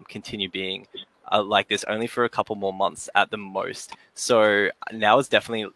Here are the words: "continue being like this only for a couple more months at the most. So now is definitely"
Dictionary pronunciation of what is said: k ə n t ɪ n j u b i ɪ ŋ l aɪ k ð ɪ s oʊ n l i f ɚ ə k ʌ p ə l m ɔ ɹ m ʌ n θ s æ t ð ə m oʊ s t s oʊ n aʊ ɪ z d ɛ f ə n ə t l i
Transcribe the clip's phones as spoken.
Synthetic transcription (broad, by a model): k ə n t ɪ n j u b i ɪ ŋ l aɪ k ð ɪ s oʊ n l i f ɚ ə k ʌ p l m ɔ ɹ m ʌ n θ s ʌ t ð ə m oʊ s t s oʊ n aʊ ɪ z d ɛ f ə n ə t l i